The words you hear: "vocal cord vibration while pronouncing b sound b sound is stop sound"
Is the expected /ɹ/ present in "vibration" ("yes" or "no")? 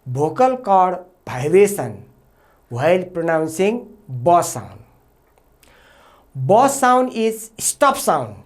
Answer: no